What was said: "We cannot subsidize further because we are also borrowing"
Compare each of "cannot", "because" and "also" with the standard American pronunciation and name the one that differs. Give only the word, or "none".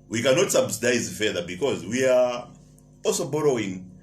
none